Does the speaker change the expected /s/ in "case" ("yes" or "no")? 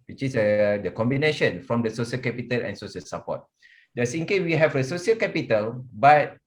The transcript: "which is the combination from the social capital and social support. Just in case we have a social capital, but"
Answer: yes